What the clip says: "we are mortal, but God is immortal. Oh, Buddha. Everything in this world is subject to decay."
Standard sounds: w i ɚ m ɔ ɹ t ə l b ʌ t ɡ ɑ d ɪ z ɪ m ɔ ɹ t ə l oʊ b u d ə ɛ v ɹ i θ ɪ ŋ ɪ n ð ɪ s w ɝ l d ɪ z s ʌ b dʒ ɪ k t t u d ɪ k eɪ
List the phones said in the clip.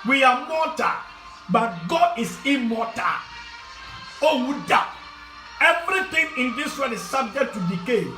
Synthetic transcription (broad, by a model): w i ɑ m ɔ t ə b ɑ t ɡ ɑ d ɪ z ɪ m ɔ t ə oʊ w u d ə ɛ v ɹ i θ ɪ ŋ ɪ n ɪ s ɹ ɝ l ɪ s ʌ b dʒ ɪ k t t u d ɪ k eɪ